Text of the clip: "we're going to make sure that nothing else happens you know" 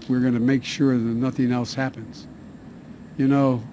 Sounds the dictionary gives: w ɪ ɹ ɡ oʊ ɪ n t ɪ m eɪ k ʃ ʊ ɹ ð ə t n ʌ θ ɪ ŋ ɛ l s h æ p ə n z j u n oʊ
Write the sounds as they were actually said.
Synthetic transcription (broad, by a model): w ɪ ɹ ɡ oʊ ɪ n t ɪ m eɪ k ʃ ʊ ɹ ð ə t n ʌ θ ɪ ŋ ɛ l s h æ p ə n z j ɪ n oʊ